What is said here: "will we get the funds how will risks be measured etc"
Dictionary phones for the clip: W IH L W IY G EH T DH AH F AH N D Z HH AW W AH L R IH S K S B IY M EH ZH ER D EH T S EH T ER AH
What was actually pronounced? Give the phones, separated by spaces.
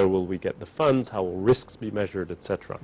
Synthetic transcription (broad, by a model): W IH L W IY G EH T DH AH F AH N D Z HH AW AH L R IH S K S B IY M EH ZH ER D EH T S EH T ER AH